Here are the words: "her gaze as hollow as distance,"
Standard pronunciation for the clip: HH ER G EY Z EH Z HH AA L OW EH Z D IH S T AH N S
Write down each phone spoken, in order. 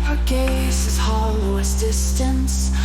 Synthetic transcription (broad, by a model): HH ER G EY S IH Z HH AA L OW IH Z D IH S T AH N S